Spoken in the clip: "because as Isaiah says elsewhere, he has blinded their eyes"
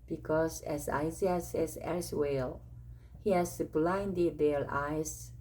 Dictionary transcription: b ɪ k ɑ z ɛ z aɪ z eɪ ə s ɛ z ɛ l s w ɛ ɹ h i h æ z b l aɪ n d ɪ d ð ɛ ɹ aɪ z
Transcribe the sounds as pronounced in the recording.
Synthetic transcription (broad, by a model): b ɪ k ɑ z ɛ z aɪ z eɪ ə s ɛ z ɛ s w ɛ l h i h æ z b l aɪ n d ɪ d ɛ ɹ aɪ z